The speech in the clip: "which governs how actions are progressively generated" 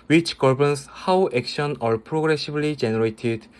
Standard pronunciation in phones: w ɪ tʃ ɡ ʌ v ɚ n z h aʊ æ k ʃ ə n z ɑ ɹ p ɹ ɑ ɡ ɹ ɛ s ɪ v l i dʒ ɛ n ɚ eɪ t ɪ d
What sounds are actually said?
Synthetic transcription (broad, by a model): w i tʃ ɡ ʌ b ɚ n s h aʊ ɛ k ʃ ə n ɑ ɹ p ɹ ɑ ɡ ɹ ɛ s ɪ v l i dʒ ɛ n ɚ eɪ t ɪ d